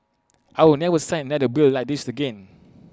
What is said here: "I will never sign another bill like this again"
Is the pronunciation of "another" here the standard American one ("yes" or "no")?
no